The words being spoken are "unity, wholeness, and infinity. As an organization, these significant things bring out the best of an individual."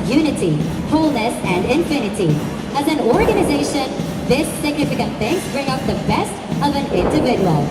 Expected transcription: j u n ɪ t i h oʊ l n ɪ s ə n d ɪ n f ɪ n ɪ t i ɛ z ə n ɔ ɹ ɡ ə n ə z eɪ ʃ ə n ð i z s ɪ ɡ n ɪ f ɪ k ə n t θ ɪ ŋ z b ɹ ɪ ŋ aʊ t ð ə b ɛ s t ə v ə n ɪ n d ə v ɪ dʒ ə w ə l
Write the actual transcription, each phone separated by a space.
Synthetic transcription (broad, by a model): j u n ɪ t i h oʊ l n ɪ s ə n d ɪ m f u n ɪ t i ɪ z ə n ɔ ɹ ɡ ə n ə z eɪ ʃ ə n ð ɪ s ɪ ɡ n ɪ f ɪ k ə n t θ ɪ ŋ b ɹ ɪ ŋ aʊ t ð ə b ɛ s t ə v ə n ɪ n d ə v ɪ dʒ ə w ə l